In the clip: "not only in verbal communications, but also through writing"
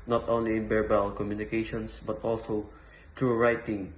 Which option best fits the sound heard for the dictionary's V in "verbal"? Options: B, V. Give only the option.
B